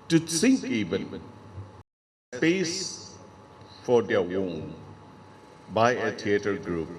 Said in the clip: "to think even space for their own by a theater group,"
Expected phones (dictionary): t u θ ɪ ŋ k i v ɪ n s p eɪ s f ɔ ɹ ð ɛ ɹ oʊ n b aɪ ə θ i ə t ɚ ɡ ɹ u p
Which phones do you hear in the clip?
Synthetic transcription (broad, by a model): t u s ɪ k i v ɪ n s p eɪ s f ɔ ɹ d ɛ w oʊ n b aɪ ə t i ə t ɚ ɡ ɹ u p